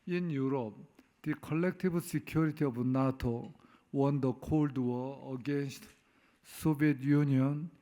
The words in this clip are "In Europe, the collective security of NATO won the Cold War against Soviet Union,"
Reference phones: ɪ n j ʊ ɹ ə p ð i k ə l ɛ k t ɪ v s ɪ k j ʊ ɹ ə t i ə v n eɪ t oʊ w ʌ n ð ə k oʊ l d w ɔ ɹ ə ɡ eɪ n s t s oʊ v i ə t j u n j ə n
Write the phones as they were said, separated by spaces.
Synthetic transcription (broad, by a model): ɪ n j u ɹ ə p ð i k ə l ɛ k t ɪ b s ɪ k j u ɹ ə t i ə b n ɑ t oʊ w ʌ n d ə k oʊ l d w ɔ ə ɡ eɪ n s t s oʊ b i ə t j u n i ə n